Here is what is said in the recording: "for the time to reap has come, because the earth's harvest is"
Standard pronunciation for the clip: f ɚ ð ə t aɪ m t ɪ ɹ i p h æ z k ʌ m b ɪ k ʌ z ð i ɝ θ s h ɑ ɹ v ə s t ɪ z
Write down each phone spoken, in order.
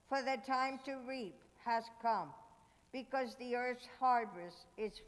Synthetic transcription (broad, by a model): f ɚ ð ə t aɪ m t ɪ ɹ i p h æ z k ʌ m b ɪ k ʌ z ð i ɝ θ s h ɑ ɹ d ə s ɪ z